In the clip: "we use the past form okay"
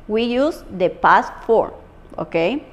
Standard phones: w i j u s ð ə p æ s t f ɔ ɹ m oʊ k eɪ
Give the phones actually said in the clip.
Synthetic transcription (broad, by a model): w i j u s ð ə p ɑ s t f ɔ ɹ oʊ k eɪ